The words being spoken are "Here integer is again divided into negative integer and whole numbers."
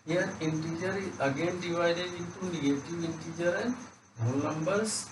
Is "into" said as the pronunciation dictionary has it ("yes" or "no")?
no